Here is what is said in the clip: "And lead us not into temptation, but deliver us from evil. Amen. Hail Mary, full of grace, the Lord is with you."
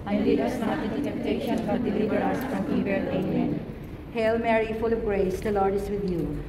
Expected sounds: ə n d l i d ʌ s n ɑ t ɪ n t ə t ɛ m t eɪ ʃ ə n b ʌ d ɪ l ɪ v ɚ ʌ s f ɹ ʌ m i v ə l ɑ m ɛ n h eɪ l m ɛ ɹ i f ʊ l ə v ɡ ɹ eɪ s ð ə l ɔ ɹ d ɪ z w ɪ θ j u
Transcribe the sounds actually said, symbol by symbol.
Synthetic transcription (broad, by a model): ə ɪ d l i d ʌ s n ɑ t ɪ t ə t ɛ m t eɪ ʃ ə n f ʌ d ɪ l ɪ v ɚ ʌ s f ɹ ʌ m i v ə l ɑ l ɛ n h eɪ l m ɛ ɹ i f ʊ l ə v ɡ ɹ eɪ s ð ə l ɔ ɹ d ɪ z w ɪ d j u